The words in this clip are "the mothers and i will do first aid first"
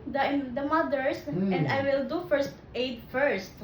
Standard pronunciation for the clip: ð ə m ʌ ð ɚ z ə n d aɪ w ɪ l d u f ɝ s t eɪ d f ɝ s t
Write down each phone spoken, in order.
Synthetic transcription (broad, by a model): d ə m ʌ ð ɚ s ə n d aɪ w ɪ l d u f ɝ s t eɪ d f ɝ s t